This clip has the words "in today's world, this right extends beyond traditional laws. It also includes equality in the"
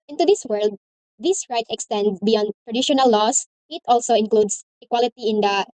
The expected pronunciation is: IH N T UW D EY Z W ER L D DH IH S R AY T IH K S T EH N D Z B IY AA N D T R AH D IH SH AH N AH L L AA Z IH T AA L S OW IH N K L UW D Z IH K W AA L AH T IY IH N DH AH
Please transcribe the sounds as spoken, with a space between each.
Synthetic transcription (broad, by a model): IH N T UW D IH S W ER L D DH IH S R AY T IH K S T EH N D B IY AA N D T R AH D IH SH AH N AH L L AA S IH T AA L S OW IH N K L UW D S IH K W AA L AH T IY IH N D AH